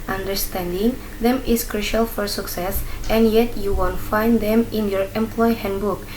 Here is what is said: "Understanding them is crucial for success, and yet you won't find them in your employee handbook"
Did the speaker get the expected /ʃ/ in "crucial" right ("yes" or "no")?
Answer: yes